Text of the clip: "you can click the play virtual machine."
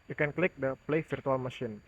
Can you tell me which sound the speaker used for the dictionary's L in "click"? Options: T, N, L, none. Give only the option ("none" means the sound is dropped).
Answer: L